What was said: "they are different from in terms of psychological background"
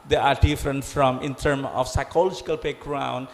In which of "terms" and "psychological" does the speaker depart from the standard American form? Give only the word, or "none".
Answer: terms